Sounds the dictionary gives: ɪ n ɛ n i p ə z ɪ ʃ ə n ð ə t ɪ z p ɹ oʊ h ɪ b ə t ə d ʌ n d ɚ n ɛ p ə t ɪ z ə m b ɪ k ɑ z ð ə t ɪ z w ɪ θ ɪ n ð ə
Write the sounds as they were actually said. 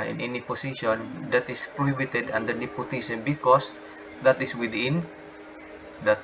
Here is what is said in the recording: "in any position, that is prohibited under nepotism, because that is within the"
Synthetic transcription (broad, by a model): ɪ n ɛ n i p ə s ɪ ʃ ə n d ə t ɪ s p ɹ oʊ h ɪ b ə t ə d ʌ n d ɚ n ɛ p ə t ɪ s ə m b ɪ k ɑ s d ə t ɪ s w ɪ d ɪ n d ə